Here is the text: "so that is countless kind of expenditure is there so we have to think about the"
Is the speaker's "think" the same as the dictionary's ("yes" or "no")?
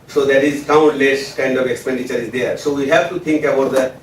no